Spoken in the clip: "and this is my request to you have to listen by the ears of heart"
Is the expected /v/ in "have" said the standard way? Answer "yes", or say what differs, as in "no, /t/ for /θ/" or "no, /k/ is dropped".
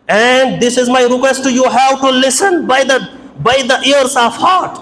no, /w/ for /v/